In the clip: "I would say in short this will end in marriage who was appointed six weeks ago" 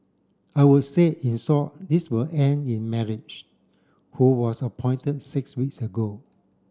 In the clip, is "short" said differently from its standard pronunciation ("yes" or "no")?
yes